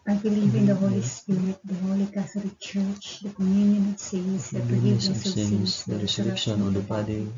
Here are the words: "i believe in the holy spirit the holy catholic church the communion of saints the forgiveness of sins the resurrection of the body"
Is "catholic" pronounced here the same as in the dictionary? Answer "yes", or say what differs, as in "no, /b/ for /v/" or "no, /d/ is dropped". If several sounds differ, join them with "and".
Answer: no, /t/ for /θ/